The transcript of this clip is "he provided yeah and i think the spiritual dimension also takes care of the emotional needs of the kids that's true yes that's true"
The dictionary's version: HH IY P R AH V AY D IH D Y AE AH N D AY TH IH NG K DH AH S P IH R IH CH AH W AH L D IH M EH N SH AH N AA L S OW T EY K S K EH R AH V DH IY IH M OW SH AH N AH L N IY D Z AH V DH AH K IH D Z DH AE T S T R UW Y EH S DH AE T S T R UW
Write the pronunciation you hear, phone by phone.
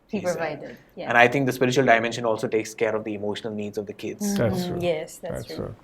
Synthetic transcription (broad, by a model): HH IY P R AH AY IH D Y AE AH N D AY T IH NG K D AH S P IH R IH CH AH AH L D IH M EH N SH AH N AA L S OW T EY K S K EH R AH V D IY IH M OW SH AH N AH L N IY D Z AH V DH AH K IH D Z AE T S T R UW Y EH S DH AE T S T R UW